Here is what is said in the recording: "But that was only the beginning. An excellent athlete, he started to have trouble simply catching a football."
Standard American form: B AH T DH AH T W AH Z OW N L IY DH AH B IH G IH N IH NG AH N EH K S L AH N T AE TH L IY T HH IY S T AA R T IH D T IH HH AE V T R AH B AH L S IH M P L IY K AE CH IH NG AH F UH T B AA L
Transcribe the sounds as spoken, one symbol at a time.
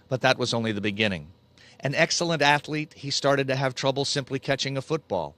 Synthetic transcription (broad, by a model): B AH T DH AH T W AH Z OW N L IY DH AH B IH G IH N IH NG AH N EH K S L AH N T AE TH L IY T HH IY S T AA R T IH D T IH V T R AH B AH L S IH M P L IY K AE CH IH NG AH F UH T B AA L